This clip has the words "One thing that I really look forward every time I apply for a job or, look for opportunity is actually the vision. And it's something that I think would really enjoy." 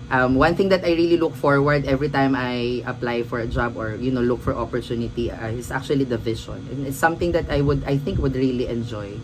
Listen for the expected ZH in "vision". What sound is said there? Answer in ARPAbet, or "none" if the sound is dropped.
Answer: SH